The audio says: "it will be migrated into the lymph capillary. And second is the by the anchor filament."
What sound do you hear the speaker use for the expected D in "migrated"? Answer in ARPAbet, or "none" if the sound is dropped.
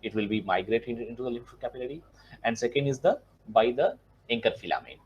none